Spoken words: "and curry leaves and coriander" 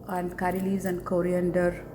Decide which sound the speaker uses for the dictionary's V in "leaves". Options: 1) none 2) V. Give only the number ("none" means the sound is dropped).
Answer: 1